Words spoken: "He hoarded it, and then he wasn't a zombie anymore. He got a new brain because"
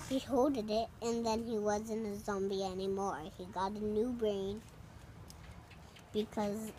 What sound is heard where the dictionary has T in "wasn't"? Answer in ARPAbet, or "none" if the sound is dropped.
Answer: none